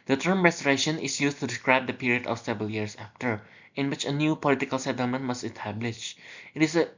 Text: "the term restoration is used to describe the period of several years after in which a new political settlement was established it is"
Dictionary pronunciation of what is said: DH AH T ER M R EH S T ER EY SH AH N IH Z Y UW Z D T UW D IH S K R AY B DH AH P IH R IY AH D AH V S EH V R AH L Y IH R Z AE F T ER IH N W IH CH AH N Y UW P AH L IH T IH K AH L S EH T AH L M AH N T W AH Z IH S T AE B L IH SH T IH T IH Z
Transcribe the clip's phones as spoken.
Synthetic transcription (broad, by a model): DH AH T ER M R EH S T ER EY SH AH N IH S Y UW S T UW D IH S K R AY B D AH P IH R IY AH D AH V S EH V R AH L Y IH R S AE F T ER IH N W IH CH AH N Y UW P AH L IH T IH K AH L S EH T AH L M AH N T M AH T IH S T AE B L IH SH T IH T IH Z